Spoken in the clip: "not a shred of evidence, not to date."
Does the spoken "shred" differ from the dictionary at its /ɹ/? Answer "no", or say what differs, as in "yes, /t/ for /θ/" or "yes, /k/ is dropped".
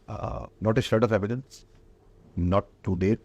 yes, /ɹ/ is dropped